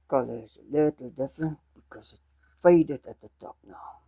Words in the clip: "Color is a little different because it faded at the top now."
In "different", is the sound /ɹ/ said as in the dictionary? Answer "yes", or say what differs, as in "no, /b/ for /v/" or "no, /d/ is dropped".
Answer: no, /ɹ/ is dropped